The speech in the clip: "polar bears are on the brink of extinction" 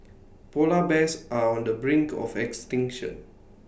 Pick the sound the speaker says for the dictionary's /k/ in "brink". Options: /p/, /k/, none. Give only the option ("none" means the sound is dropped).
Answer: /k/